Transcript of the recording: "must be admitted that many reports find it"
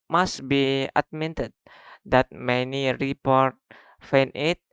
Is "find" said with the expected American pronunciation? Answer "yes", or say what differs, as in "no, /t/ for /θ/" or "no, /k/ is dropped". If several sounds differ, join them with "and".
no, /d/ is dropped